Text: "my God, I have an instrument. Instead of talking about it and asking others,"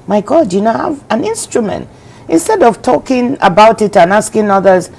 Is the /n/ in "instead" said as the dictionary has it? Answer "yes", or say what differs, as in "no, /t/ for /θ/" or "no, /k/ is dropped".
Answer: yes